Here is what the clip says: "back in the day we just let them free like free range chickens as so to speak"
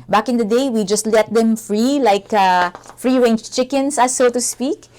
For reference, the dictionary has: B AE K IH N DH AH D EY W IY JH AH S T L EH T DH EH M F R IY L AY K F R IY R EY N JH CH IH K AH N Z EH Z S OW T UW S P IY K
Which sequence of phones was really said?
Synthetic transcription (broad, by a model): B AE K IH N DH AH D EY W IY JH AH S T L EH T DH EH M F R IY L AY K F R IY R EY N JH CH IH K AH N S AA S OW T UW S P IY K